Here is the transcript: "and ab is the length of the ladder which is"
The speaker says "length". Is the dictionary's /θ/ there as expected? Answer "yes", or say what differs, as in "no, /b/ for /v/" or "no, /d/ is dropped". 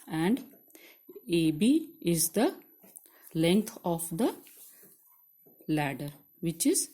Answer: no, /t/ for /θ/